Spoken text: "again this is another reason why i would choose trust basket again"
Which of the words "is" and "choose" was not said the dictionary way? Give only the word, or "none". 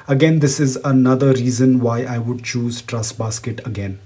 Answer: none